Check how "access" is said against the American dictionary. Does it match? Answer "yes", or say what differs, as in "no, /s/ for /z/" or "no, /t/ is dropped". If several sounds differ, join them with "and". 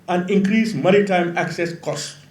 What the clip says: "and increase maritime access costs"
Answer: yes